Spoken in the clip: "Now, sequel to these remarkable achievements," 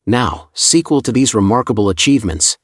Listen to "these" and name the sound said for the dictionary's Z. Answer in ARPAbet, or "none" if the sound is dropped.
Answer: Z